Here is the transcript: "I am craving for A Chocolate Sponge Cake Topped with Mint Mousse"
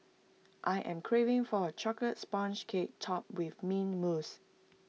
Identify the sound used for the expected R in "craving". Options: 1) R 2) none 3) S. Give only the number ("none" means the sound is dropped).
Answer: 1